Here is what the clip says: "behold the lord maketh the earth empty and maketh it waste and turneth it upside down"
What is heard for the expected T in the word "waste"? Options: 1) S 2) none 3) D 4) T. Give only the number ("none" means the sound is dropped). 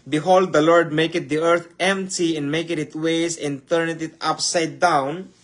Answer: 2